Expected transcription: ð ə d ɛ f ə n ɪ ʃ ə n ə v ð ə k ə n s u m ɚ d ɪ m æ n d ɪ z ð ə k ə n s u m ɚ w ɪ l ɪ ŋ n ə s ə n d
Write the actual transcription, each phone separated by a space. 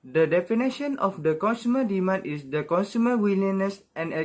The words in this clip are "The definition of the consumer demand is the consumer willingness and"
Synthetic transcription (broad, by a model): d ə d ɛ f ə n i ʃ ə n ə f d ə k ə n s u m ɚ d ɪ m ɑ n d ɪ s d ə k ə n s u m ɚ w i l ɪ n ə s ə n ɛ